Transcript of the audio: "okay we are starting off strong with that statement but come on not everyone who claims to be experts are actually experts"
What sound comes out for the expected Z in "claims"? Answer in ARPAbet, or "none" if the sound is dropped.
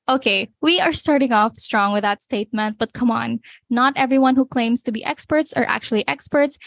S